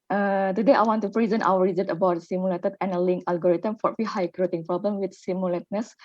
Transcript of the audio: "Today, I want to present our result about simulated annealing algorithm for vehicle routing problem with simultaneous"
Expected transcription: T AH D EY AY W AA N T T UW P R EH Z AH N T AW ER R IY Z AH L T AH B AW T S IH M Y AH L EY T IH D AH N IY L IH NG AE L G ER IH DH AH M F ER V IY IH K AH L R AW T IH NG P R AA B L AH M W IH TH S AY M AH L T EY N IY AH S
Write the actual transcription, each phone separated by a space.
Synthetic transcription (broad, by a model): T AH D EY AY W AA N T T UW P R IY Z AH N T AW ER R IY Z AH T AH B AW T S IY M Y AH L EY T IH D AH N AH L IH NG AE L G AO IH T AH M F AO F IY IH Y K R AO T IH NG P R AA B L AH M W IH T S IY M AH L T N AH S